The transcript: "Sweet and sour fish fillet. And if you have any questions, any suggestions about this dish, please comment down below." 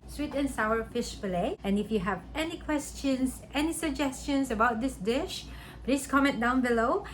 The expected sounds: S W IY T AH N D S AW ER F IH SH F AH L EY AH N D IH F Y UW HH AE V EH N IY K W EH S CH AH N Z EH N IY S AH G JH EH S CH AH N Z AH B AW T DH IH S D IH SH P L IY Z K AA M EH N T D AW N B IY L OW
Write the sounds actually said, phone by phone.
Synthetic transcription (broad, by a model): S W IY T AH N S AW ER F IH SH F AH L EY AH N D IH F Y UW HH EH V EH N IY K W EH S CH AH N S EH N IY S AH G JH EH S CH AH N S AH B AW T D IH S D IH SH P L IY S K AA M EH N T D AW N B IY L OW